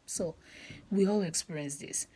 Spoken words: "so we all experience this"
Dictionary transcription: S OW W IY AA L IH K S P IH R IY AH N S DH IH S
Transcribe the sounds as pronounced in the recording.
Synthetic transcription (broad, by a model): S OW W IY AA L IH K S P R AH S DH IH S